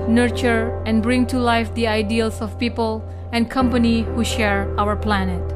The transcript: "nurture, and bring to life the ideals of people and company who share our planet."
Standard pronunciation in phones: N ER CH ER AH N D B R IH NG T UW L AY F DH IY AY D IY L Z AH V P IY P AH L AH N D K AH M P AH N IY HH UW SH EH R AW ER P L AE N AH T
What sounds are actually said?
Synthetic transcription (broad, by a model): N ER CH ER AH N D B R IH NG T UW L AY F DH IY AY D IY L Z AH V P IY P AH L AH N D K AH M P AH N IY HH UW SH EH R AW ER P L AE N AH T